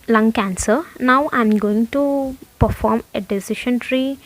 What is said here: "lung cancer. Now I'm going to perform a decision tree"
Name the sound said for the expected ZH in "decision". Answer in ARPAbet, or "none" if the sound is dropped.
SH